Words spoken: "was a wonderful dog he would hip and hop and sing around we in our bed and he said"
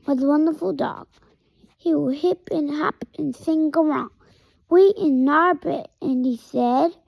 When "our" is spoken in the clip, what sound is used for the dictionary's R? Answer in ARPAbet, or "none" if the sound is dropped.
R